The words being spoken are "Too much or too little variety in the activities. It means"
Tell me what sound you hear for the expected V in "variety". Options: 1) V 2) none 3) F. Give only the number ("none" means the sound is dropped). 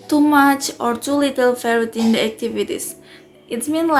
3